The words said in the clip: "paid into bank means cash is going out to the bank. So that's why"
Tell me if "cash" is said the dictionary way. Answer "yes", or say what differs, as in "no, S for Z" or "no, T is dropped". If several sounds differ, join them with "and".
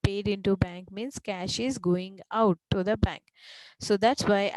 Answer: yes